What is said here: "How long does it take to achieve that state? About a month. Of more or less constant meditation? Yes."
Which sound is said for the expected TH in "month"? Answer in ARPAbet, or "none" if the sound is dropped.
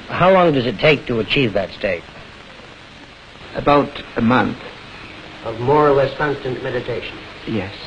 TH